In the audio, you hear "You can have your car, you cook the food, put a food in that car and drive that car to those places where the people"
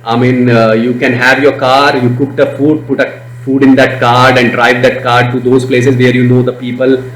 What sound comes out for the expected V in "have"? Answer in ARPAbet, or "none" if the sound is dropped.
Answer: V